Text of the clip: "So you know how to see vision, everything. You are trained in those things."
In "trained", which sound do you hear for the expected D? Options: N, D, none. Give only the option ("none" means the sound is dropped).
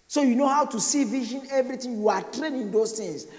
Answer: none